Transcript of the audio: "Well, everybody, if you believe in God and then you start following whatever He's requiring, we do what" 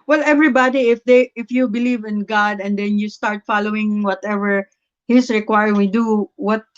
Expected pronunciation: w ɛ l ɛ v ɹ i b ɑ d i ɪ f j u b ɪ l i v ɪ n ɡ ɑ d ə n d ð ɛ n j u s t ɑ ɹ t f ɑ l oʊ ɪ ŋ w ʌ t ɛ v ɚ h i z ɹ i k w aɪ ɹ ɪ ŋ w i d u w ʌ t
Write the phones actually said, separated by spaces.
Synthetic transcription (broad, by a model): w ɛ l ɛ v ɹ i b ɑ d i ɪ f j u b ɪ l i v ɪ n ɡ ɑ d ə n d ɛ n j u s t ɑ ɹ t f ɑ l oʊ ɪ ŋ w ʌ t ɛ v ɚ h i s ɹ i k w aɪ ɹ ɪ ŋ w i d u w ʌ t